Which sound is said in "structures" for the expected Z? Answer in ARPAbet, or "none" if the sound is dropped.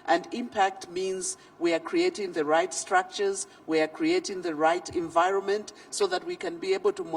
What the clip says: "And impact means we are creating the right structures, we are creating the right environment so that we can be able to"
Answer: Z